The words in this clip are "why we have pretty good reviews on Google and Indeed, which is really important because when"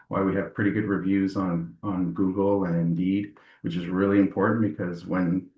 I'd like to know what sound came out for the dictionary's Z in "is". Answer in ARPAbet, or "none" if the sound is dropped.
Z